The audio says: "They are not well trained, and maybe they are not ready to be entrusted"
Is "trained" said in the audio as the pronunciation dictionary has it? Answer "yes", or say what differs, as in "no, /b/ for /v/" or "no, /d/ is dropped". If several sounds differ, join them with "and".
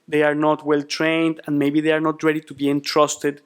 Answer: yes